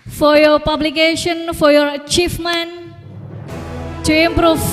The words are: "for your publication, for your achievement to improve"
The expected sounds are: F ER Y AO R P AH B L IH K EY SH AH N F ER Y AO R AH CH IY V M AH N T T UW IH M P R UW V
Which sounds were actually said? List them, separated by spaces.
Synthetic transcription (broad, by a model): F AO Y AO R P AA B L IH K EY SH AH N F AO Y AO R CH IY F M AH N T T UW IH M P R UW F